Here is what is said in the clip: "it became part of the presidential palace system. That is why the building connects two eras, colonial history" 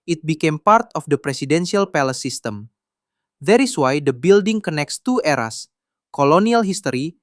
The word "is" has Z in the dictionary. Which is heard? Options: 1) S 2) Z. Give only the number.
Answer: 1